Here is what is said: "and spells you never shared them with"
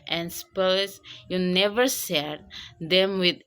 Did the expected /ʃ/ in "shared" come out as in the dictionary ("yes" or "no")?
no